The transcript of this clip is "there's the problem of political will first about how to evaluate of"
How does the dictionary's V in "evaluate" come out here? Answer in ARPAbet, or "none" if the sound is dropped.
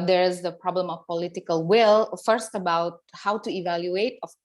V